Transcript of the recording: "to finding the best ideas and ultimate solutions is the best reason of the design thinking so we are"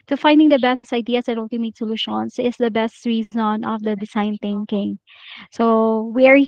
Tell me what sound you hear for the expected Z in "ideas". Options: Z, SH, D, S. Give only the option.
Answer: S